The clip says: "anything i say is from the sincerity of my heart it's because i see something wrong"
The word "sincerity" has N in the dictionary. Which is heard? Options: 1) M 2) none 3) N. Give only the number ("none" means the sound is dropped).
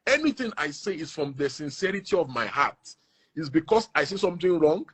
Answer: 3